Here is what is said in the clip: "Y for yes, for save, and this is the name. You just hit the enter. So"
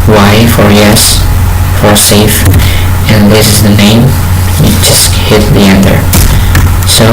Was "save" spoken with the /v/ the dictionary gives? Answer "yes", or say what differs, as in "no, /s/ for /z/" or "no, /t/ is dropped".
no, /f/ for /v/